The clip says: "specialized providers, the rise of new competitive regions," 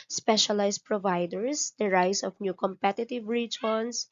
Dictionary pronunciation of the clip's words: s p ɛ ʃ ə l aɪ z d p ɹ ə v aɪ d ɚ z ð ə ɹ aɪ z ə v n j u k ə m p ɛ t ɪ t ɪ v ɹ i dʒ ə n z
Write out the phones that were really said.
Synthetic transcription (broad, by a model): s p ɛ ʃ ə l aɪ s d p ɹ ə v aɪ d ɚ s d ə ɹ aɪ s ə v n j u k ə m p ɛ t ɪ t ɪ v ɹ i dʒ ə n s